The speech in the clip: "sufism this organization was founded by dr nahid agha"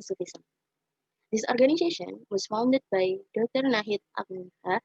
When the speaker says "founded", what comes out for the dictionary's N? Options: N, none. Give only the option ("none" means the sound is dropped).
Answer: N